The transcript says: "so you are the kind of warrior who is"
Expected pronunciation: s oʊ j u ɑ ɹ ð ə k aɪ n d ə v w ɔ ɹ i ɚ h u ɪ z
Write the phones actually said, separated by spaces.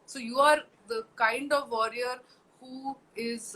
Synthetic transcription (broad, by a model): s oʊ j u ɑ ɹ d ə k aɪ n d ə v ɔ ɹ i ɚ h u ɪ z